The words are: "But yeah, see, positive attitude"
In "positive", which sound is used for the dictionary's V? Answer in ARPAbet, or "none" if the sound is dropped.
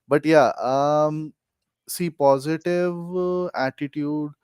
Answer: V